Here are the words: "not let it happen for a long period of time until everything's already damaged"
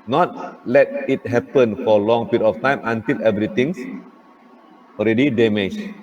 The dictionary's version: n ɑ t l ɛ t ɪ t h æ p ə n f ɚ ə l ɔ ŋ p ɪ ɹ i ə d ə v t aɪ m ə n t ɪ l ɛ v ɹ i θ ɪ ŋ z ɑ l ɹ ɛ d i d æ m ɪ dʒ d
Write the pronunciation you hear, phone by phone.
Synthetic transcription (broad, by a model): n ɑ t l ɛ t ɪ t h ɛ p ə n f ə l ɔ ŋ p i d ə f t aɪ m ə n t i l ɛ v ɹ i t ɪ ŋ s ɑ l ɹ ɛ d i d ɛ m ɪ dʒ